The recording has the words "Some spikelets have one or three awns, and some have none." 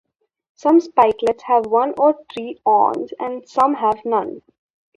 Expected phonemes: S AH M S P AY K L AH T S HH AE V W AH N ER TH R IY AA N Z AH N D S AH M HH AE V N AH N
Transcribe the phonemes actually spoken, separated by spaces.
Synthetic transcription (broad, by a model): S AH M S P AY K L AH T S HH AE V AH N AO T R IY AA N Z AH N D S AH M HH AE V N AH N